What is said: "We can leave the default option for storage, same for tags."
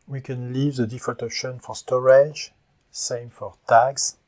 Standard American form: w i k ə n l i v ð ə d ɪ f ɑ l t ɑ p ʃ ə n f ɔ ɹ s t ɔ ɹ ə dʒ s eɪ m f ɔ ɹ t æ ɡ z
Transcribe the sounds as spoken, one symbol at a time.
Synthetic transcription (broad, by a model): w i k ə n l i v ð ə d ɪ f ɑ t ɑ p ʃ ə n f ɔ ɹ s t ɔ ɹ ə dʒ s eɪ m f ɔ ɹ t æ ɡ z